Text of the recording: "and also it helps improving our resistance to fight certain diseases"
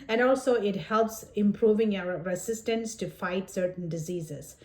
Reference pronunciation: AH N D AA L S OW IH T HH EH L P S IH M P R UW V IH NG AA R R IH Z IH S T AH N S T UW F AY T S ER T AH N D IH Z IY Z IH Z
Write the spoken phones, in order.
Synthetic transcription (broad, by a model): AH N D AA L S OW IH T HH EH L P S IH M P R UW V IH NG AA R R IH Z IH S T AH N S T UW F AY T S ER T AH N D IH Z IY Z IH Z